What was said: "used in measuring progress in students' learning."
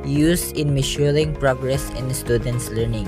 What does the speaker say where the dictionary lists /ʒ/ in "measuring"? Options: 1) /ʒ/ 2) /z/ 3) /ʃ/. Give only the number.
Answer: 3